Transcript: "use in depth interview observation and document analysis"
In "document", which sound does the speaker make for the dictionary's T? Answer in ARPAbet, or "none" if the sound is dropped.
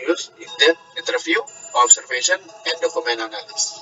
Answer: none